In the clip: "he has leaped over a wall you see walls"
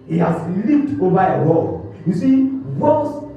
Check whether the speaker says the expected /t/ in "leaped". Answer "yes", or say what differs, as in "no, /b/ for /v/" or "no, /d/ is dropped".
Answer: yes